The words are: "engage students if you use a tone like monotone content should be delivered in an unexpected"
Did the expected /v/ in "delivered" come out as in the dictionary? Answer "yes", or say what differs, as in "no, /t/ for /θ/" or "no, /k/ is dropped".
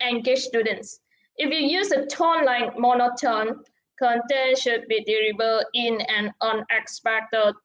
no, /b/ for /v/